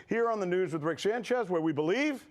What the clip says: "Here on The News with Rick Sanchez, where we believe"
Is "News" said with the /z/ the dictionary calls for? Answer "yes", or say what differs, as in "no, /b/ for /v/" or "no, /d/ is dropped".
yes